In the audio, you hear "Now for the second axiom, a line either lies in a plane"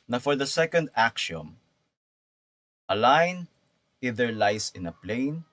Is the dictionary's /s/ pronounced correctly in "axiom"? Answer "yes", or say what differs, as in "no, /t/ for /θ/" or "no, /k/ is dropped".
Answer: no, /ʃ/ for /s/